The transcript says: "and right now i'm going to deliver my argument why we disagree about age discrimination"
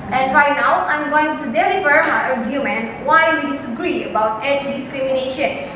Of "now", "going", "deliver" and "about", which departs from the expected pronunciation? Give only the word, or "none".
deliver